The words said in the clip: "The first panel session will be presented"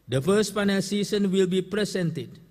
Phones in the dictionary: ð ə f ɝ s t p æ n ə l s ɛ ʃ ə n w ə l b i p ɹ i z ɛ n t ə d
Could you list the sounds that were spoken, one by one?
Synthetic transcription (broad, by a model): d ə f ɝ s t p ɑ n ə l s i s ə n w ə l b i p ɹ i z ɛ n t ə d